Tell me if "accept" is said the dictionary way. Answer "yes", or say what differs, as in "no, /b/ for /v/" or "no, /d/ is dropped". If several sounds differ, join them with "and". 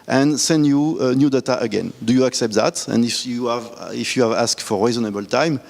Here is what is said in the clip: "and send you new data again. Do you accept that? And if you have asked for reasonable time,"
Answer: yes